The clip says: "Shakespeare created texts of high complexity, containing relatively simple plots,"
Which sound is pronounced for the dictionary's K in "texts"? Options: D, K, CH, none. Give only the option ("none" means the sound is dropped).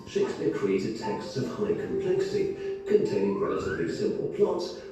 K